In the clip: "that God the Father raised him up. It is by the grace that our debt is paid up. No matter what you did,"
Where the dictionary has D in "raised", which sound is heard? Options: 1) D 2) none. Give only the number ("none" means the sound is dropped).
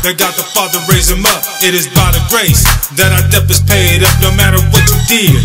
2